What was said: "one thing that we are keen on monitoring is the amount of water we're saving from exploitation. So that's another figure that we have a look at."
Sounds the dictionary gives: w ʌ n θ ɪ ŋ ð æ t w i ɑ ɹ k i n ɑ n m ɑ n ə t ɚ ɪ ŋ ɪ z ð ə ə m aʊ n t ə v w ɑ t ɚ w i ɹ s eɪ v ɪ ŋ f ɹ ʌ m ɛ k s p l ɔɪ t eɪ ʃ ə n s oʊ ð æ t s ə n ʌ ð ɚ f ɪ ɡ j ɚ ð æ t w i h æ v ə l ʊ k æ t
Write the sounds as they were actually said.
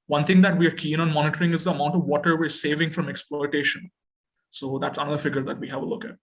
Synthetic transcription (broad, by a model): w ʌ n t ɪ ŋ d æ t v i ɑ ɹ k i n ɑ n m ɑ n ə t ɚ ɪ ŋ ɪ z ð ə ə m aʊ n t ə v ɑ t ɚ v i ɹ s eɪ v ɪ ŋ f ɹ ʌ m ɛ k s p l ɔɪ t eɪ ʃ ə n s oʊ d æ t s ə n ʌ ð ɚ f ɪ ɡ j ɚ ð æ t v i h æ v ə l ʊ k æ t